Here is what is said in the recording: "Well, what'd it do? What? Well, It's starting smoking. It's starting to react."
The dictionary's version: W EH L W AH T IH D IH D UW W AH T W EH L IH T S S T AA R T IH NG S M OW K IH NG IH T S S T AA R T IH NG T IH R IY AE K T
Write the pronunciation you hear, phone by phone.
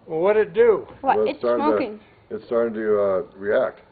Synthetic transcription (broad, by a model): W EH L W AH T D IH D UW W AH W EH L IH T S S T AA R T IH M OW IH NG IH T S S T AA R T IH NG T IH R IY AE K T